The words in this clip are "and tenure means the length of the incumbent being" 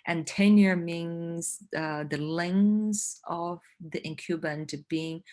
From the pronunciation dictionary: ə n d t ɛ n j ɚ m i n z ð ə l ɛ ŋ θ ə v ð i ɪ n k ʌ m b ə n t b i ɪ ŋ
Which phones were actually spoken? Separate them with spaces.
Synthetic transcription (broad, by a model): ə n t ɛ n j ɚ m i n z ð ə l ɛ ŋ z ə v ð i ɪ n k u b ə n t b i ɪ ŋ